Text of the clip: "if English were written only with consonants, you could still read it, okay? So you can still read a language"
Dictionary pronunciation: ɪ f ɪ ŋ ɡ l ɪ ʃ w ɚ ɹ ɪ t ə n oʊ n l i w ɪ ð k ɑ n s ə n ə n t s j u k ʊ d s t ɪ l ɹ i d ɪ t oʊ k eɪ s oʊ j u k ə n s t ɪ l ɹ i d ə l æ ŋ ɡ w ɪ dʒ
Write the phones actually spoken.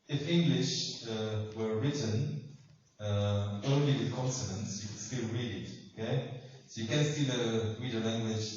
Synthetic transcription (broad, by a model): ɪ f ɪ ŋ ɡ l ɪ ʃ w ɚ ɹ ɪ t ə n oʊ n l i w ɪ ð k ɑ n s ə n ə n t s j u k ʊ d s t ɪ l ɹ i d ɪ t oʊ k eɪ s oʊ j u k ə n s t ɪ l ɹ i d ə l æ ŋ ɡ w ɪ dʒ